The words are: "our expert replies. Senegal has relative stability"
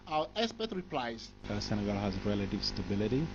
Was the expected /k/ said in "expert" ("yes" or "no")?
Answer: no